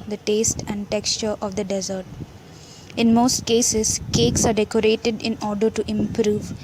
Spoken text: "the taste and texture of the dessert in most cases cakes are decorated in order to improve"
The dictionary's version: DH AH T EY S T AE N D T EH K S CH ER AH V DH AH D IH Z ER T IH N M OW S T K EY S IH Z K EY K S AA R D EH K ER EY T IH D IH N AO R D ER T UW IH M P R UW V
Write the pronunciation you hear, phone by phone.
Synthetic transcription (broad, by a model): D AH T EY S T AE N D T EH K S CH ER AH V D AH D IH Z ER T IH N M OW S T K EY S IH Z K EY K S AA R D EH K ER EY T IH D IH N AO R D ER T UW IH M P R UW V